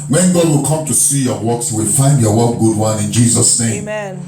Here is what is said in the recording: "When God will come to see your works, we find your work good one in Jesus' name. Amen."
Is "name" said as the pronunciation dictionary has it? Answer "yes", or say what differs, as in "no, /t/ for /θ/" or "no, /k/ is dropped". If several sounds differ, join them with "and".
no, /m/ is dropped